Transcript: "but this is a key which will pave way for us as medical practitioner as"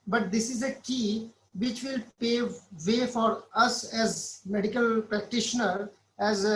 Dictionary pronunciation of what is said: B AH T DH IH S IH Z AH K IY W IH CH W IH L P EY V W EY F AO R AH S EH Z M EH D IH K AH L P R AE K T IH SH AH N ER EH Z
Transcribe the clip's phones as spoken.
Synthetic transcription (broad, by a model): B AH T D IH S IH Z AH K IY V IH CH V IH L P EY V EY F AO R AH S EH Z M EH D IH K AH L P R AE K T IH SH AH N ER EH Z